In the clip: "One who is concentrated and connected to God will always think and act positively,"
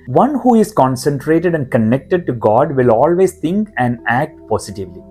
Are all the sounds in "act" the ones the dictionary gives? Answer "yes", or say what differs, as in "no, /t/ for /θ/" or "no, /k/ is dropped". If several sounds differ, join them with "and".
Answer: yes